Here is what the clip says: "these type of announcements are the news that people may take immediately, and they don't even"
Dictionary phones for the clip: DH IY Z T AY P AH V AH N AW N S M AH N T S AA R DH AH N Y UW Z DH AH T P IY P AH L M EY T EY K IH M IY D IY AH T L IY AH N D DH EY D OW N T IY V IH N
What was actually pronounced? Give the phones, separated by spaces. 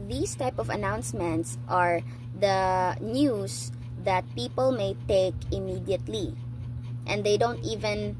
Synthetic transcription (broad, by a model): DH IY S T AY P AH V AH N AW N S M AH N T S AA R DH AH N Y UW S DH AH T P IY P AH L M EY T EY K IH M IY D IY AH T L IY AH N D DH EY D OW N T IY V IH N